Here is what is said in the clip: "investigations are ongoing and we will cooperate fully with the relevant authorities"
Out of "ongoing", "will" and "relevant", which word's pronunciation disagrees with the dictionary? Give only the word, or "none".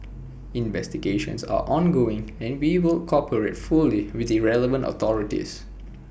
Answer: none